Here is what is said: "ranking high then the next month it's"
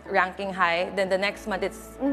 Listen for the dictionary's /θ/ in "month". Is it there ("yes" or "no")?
no